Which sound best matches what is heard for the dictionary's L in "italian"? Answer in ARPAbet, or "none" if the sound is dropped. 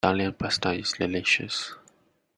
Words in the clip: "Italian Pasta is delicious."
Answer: none